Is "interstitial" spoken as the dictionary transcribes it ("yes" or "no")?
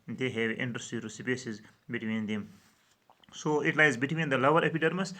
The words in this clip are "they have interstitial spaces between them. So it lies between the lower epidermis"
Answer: no